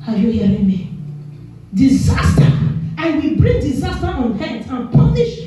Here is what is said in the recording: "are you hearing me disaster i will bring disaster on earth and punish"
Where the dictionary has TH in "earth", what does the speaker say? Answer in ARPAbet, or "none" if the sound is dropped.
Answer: T